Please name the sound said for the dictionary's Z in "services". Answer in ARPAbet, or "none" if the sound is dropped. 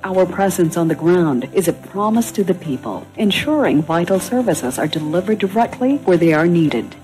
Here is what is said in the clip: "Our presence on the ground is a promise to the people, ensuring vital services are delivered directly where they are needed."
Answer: Z